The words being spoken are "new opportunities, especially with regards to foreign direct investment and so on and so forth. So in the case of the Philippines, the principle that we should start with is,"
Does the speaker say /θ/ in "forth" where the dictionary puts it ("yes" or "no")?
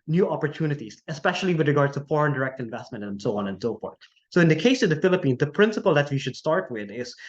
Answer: no